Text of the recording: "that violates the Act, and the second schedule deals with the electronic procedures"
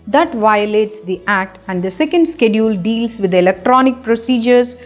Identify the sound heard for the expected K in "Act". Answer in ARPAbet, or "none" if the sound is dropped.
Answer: K